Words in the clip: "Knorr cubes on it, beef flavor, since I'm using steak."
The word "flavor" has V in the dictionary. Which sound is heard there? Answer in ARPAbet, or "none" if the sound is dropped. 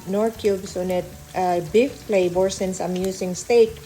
B